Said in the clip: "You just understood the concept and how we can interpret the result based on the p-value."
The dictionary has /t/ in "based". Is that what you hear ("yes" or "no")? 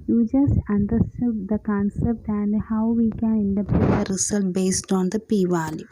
yes